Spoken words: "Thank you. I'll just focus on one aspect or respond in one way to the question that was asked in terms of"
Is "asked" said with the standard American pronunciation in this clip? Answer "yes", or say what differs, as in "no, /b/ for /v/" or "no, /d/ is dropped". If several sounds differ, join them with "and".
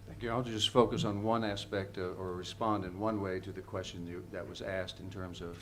yes